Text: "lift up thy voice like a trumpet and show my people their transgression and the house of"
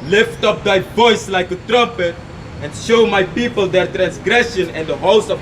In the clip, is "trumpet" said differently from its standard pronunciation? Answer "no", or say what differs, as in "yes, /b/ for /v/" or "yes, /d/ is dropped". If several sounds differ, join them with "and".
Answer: no